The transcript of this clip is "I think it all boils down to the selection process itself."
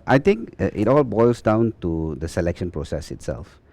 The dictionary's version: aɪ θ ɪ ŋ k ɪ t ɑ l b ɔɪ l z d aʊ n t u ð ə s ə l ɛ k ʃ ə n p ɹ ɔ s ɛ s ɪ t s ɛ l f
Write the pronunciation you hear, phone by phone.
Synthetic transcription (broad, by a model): aɪ t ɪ ŋ k ɪ t ɑ l b ɔɪ l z d aʊ n t u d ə s ə l ɛ k ʃ ə n p ɹ ɔ s ɛ s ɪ t s ɛ l f